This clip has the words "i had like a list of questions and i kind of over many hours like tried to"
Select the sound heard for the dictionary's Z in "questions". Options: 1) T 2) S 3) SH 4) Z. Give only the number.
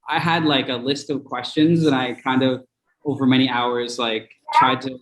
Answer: 4